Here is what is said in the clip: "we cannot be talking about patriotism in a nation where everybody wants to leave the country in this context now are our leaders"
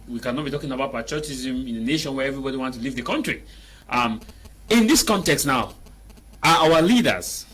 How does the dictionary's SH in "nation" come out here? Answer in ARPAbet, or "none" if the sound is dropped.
SH